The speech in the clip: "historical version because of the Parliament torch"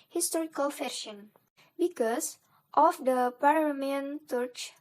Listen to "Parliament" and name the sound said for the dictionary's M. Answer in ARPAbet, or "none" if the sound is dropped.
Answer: none